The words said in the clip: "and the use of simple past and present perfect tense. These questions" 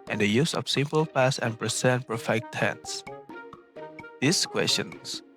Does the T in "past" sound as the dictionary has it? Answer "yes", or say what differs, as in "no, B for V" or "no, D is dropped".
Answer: no, T is dropped